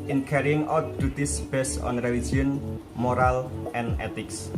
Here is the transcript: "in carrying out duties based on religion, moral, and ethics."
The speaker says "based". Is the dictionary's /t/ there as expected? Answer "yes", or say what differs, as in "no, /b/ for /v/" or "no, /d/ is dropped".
no, /t/ is dropped